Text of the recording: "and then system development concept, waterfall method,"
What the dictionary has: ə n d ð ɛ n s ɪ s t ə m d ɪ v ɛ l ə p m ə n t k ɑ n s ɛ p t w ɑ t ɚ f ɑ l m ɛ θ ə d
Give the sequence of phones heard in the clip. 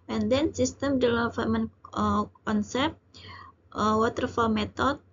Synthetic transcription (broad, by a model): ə n d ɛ n s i s t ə m d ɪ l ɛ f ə m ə n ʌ k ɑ n s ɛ p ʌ w ɑ t ɚ f ɑ l m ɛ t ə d